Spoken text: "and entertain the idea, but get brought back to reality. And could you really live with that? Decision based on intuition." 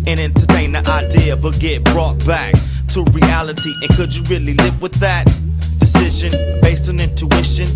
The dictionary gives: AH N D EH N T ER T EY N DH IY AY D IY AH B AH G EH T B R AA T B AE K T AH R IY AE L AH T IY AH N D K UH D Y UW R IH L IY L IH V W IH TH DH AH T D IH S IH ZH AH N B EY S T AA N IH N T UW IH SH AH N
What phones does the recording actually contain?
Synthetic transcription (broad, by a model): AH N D EH N T ER T EY N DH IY AY D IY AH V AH G EH T B R AA T B AE K T AH R IY AE L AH T IY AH N K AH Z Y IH R IH L IY L IH V W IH DH AH T D IH S IH ZH AH N B EY S T N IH N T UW IH SH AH N